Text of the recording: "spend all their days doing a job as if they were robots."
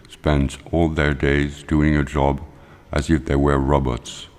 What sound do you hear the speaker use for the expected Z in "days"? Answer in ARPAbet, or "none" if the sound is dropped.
Z